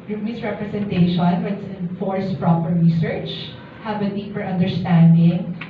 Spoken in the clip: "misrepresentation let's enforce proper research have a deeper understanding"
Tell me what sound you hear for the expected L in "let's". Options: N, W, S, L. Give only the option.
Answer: W